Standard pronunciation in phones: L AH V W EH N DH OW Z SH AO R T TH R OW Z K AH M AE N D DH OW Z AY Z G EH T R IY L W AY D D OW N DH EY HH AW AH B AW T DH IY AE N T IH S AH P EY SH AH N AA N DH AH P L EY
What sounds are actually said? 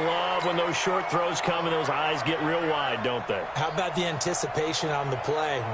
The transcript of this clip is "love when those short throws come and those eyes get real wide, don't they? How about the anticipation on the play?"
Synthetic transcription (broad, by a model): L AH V W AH N DH OW Z SH AO R T TH R OW Z K AH M N DH OW Z AY Z G EH T R IY L W AY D D OW N DH EY HH AW AH B AW T DH IY AE N T IH S AH P EY SH AH N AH N DH AH P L EY